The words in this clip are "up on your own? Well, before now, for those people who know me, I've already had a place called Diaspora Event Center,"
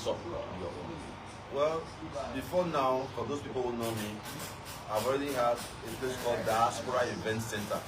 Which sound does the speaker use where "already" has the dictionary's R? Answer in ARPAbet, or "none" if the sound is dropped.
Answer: R